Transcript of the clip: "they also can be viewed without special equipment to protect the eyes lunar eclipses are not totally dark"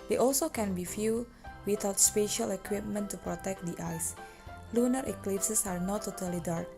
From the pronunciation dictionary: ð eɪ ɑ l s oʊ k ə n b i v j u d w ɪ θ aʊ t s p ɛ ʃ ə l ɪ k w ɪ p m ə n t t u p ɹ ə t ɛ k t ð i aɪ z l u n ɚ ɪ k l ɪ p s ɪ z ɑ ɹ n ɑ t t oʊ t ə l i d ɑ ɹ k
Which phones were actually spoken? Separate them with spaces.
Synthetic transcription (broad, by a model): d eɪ ɑ l s oʊ k ə n b i f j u w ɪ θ aʊ t s p ɛ ʃ ə l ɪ k w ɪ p m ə n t t u p ɹ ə t ɛ k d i aɪ s l u n ɚ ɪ k l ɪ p s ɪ s ɑ ɹ n ɑ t t oʊ t ə l i d ɑ ɹ k